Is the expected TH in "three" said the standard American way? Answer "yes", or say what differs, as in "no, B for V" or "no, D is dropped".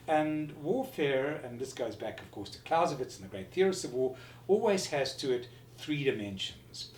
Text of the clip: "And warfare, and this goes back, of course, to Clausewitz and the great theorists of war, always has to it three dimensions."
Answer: yes